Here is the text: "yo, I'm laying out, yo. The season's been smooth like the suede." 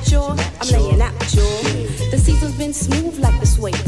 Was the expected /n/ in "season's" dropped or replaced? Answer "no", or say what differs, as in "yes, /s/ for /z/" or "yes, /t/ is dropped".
yes, /n/ is dropped